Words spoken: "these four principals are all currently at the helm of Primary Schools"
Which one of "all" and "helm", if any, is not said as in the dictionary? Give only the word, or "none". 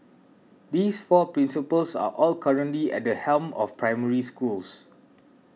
none